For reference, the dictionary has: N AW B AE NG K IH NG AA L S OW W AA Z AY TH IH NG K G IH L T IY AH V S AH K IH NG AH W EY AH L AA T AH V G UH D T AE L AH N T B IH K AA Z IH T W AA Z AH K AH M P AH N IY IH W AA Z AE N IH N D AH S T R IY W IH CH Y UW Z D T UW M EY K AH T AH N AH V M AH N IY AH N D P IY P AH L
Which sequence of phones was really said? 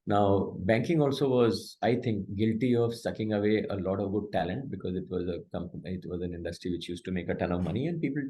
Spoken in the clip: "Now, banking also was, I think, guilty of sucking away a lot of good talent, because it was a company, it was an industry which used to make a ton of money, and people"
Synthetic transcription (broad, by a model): N AW B AE NG K IH NG AA L S OW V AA Z AY T IH NG K G IH L T IY AH V S AH K IH NG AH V EY AH L AA T AH V G UH D T AE L AH N T B IH K AA Z IH T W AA Z AH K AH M AH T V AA Z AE N IH N D AH S T R IY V IH CH Y UW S T UW M EY K AH T AH N AH V M AH N IY AH N D P IY P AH L